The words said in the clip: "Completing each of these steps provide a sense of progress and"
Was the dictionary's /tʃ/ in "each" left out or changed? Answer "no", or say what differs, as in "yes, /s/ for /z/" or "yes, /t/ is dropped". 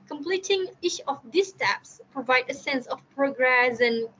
yes, /ʃ/ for /tʃ/